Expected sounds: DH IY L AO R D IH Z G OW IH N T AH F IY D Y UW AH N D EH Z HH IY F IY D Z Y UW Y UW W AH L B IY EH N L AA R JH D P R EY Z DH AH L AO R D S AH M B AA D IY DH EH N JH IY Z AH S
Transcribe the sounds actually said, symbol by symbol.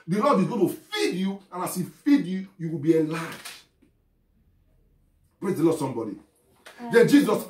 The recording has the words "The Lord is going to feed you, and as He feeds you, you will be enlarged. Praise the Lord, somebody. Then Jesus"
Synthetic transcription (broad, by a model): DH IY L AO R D IH Z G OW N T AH F IY D Y UW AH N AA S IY F IY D Y UW Y UW W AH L B IY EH L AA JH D P R EY Z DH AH L AO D S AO M B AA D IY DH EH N JH IY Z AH S